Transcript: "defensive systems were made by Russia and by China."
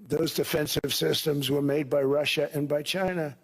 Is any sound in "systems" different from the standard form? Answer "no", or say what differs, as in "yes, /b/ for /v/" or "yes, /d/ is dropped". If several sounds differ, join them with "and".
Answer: no